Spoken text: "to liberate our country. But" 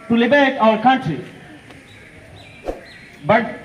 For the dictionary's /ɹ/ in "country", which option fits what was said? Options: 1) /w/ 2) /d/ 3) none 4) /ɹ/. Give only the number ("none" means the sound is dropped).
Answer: 3